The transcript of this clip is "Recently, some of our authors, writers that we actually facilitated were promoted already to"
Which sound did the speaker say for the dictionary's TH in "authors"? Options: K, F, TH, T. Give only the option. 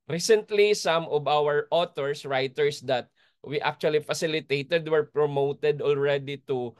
T